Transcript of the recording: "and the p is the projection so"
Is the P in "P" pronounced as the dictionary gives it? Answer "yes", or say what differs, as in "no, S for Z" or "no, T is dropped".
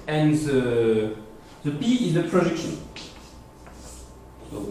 no, B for P